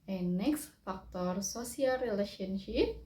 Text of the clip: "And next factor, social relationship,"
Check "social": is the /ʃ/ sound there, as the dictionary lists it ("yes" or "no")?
no